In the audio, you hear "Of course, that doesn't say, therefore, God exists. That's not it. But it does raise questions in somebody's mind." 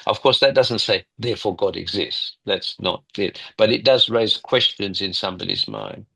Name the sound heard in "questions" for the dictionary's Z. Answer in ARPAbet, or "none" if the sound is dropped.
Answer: Z